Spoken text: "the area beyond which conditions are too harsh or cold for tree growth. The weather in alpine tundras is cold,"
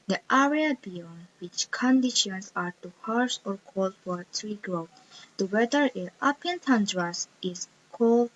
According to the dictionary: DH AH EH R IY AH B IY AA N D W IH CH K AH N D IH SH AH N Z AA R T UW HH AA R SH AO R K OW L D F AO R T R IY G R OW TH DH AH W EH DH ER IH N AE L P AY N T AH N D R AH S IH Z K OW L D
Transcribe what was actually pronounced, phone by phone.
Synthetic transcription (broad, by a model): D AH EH R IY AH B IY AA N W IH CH K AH N D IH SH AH N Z AA R T UW HH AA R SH AO R K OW L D F AO R T R IY G R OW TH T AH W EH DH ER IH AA P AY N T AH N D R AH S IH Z K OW L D